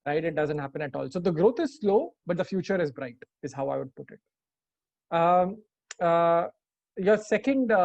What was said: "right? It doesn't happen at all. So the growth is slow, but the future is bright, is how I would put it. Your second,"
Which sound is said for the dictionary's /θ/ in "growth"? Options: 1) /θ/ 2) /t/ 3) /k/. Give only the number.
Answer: 2